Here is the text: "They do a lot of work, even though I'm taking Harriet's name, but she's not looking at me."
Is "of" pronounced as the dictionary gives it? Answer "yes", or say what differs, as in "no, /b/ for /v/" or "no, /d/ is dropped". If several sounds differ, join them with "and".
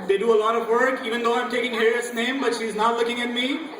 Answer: yes